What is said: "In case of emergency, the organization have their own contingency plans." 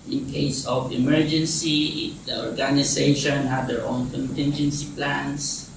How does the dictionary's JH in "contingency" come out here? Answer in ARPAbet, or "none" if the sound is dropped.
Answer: JH